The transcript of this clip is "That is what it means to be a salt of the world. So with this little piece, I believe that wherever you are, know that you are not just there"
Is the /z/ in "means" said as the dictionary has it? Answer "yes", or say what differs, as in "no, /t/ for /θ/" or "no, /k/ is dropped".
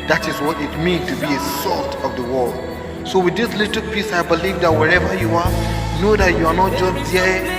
no, /z/ is dropped